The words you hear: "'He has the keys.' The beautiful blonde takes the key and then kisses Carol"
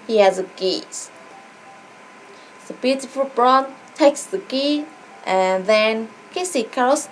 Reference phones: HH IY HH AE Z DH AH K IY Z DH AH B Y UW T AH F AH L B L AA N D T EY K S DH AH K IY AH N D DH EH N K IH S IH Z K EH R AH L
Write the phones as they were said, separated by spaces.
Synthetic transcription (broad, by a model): HH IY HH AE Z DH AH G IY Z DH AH B Y UW T AH F AH L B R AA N T EY K S DH AH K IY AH N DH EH N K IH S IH K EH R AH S